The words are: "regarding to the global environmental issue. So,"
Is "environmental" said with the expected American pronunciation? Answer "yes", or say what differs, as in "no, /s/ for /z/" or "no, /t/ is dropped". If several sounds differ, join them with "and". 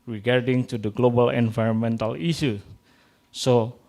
yes